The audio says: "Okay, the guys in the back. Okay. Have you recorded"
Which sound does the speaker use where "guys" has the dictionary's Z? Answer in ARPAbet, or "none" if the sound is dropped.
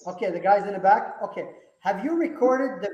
Z